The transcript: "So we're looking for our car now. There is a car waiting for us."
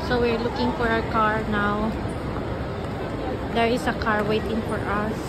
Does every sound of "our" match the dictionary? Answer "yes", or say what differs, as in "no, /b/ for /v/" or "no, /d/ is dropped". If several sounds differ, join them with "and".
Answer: no, /w/ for /ɹ/